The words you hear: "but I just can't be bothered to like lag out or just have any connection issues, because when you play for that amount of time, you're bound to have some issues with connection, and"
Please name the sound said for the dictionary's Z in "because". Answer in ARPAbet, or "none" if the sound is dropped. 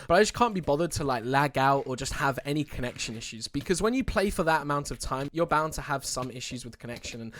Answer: Z